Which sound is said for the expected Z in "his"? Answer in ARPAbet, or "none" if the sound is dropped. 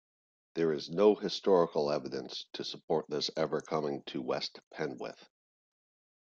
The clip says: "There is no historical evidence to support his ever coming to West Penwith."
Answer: S